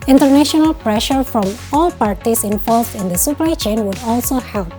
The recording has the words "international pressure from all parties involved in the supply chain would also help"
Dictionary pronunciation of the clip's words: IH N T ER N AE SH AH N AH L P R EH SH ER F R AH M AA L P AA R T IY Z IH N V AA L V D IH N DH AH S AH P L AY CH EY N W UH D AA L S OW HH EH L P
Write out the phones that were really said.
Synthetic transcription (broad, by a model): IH N T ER N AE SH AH N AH L P R EH SH ER F R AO M AA L P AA R T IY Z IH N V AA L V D IH N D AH S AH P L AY CH EY N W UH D AA L S OW HH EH L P